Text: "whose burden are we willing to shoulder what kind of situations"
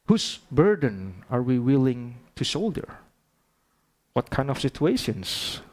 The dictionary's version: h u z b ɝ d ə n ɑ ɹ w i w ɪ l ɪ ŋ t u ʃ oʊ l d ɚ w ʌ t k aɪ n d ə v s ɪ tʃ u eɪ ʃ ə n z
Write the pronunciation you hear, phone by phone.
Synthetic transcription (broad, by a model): h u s b ɝ d ə n ɑ ɹ w i w ɪ l ɪ ŋ t u s oʊ l d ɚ w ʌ t k aɪ n d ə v s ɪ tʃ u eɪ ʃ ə n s